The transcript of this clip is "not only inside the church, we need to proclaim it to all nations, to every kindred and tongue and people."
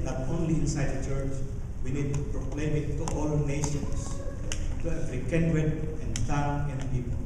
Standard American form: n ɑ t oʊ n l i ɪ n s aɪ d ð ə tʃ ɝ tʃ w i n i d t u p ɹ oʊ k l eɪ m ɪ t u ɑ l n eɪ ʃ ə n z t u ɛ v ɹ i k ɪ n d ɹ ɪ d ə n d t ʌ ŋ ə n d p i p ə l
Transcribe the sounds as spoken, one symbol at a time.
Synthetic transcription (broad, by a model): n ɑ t oʊ n l i ɪ n s aɪ d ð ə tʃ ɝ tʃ w i n i d t u p ɹ oʊ k l eɪ m ɪ t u ɑ l n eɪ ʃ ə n s t u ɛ f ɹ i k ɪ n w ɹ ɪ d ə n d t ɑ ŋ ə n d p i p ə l